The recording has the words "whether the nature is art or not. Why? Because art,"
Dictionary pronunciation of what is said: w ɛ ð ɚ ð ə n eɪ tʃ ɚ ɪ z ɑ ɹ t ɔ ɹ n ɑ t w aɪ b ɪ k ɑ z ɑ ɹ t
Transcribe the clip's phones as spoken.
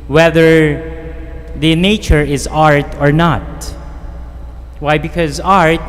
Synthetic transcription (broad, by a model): w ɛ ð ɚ ð ə n eɪ tʃ ɚ ɪ z ɑ ɹ t ɔ ɹ n ɑ t w aɪ b ɪ k ɑ z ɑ ɹ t